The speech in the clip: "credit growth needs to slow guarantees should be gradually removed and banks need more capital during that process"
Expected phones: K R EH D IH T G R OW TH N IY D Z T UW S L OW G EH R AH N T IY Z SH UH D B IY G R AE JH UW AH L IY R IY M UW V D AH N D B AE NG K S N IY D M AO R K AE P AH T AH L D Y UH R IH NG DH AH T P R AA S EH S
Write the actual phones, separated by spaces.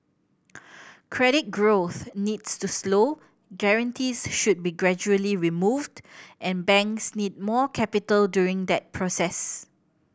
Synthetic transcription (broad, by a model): K R EH D IH T G R OW TH N IY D S T UW S L OW G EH R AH N T IY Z SH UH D B IY G R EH JH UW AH L IY R IY M UW V D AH N B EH NG K S N IY D M AO K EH P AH T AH L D Y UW R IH NG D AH T P R AA S EH S